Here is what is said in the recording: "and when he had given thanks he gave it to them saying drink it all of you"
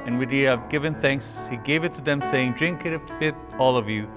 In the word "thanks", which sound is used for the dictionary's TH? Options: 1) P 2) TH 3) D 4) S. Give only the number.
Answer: 2